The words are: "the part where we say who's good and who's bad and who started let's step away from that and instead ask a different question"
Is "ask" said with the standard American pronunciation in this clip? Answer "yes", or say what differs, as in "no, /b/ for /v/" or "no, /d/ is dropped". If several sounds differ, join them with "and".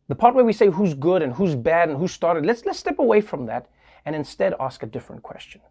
yes